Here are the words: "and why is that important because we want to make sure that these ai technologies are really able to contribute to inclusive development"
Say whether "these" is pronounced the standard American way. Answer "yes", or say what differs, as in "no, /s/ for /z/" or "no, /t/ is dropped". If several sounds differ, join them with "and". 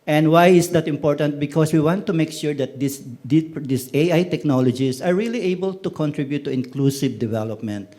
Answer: no, /s/ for /z/